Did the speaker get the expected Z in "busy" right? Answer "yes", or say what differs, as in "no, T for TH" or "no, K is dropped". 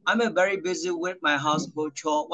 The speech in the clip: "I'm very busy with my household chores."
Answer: yes